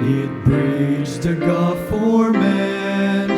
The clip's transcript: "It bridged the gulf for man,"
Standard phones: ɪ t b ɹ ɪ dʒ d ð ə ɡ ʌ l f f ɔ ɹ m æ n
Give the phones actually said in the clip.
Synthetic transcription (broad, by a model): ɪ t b ɹ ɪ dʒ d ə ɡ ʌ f f ɔ ɹ m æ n